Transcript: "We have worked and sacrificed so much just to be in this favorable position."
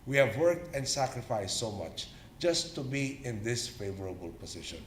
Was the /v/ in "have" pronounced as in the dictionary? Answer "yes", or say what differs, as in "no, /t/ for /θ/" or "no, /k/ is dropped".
yes